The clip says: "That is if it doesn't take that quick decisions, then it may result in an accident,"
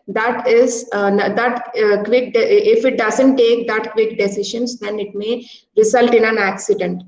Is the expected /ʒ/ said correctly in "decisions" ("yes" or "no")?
no